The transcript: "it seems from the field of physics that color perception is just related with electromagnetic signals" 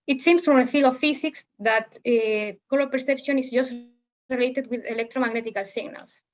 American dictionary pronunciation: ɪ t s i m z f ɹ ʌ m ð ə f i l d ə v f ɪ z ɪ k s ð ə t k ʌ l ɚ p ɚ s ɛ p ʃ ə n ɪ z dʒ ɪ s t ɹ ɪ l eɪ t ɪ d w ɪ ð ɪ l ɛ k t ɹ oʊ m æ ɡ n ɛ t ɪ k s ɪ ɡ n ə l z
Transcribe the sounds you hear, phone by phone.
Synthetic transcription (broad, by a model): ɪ t s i m s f ɹ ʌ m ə f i l ə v f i s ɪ k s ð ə t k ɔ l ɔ p ɚ s ɛ p ʃ ə n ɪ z dʒ ɪ s t ɹ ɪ l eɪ t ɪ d w ɪ ð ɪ l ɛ k t ɹ oʊ m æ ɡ n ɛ t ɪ k s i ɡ n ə l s